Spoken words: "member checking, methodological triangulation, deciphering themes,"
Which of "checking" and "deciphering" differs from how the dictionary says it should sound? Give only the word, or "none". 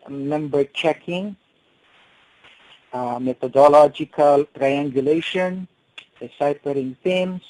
deciphering